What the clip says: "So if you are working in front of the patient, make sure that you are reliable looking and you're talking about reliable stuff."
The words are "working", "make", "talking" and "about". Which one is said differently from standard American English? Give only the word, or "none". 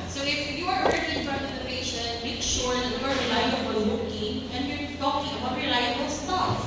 working